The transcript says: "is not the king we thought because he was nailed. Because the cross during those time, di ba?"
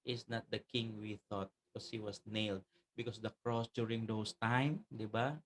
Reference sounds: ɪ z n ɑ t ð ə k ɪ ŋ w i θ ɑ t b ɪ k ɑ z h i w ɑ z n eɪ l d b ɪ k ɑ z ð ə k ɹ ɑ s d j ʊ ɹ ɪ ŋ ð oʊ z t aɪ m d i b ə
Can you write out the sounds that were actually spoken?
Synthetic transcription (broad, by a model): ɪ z n ɑ t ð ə k ɪ ŋ w i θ ɑ t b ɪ k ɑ s h i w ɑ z n eɪ l d b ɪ k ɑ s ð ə k ɹ ɑ s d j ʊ ɹ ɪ ŋ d oʊ s t aɪ m d i b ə